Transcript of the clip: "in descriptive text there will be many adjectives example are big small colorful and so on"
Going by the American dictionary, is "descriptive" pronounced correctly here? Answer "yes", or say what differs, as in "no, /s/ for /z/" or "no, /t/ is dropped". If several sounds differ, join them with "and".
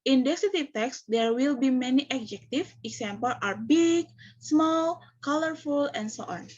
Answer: no, /s/ is dropped and /p/ is dropped